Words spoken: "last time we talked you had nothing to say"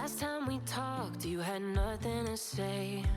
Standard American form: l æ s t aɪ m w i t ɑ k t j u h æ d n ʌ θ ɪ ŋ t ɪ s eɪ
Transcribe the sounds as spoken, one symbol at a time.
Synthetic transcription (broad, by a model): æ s t aɪ m w i t ɑ k t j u d n ʌ θ ɪ ŋ t ɪ s eɪ